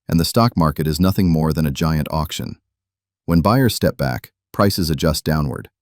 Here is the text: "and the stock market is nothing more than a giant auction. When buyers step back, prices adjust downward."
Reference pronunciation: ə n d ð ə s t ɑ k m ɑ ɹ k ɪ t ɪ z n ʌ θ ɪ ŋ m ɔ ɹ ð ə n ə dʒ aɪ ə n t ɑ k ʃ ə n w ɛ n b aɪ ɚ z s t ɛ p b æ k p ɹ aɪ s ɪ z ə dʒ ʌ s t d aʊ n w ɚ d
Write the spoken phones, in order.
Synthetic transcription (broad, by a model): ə n ð ə s t ɑ k m ɑ ɹ k ɪ t ɪ z n ʌ θ ɪ ŋ m ɔ ɹ ð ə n ə dʒ aɪ ə n t ɑ k ʃ ə n w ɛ n b aɪ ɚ s t ɛ p b æ k p ɹ aɪ s ɪ z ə dʒ ʌ s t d aʊ n w ɚ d